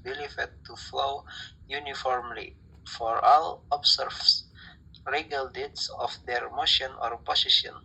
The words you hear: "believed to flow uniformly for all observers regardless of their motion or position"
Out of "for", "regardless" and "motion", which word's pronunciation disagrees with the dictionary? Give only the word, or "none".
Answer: regardless